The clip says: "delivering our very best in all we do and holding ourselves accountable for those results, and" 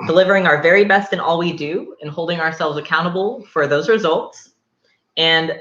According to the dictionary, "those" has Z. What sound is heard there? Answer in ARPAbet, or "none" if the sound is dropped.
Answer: Z